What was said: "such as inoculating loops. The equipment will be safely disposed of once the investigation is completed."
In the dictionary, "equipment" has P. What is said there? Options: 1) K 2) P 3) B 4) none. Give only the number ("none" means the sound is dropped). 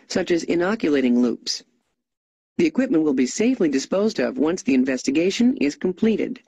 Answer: 2